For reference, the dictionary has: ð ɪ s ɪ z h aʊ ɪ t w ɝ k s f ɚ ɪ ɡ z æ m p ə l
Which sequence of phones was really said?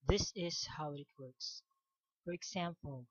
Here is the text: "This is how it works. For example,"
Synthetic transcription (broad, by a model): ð ɪ s ɪ z h aʊ ɪ t w ɝ k s f ɚ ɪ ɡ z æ m p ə l